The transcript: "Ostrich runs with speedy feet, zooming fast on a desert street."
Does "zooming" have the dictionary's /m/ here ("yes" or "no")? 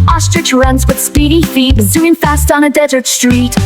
no